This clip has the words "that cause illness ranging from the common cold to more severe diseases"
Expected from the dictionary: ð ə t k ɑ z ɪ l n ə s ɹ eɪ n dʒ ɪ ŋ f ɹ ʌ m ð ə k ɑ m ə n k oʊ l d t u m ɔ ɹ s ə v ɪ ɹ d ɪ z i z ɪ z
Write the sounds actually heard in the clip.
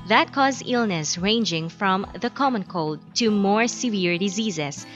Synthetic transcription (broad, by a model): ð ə t k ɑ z ɪ l n ə s ɹ eɪ n dʒ ɪ ŋ f ɹ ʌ m ð ə k ɑ m ə n k oʊ l d t u m ɔ ɹ s ə v ɪ ɹ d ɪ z i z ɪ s